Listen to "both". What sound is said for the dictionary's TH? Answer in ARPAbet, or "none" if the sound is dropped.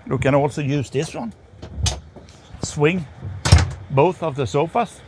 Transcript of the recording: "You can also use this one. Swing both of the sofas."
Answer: TH